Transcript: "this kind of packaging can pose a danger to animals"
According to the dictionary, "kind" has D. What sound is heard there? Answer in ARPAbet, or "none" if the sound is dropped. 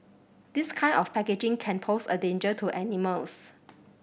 none